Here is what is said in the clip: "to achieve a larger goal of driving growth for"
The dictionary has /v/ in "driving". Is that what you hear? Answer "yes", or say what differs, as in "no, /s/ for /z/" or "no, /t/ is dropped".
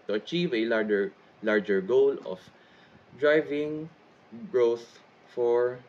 yes